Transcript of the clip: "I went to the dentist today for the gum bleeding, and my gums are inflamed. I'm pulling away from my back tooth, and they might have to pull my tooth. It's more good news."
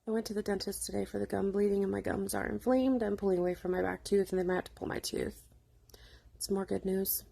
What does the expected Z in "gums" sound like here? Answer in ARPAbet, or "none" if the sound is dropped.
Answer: Z